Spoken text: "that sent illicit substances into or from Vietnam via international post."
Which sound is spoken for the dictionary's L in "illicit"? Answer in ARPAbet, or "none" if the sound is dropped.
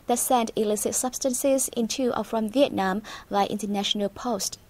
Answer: L